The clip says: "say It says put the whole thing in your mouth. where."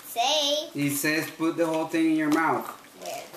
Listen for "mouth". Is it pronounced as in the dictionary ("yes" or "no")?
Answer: yes